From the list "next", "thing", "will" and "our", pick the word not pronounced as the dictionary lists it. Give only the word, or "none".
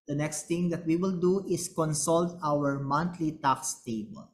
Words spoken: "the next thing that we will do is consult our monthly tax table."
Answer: thing